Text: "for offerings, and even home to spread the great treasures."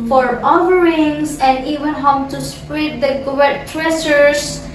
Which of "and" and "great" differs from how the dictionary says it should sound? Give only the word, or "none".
great